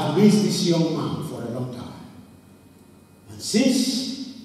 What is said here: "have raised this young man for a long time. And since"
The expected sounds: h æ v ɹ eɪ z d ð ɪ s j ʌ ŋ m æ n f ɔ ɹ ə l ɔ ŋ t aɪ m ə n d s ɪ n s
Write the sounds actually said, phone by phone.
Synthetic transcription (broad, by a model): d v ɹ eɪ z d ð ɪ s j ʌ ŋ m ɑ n f ɔ ɹ ə l ɔ ŋ t aɪ m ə n s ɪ n s